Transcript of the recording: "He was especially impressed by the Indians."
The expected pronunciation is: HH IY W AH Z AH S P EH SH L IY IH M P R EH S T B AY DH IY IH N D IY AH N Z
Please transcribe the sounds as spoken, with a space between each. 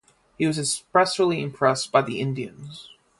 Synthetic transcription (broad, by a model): HH IY W AH Z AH S P EH S L IY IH M P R EH S B AY DH IY IH N D IY AH N Z